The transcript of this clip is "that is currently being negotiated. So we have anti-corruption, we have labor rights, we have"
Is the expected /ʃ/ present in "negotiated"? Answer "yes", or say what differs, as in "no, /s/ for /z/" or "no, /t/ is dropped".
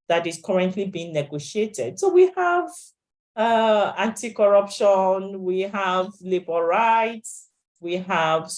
yes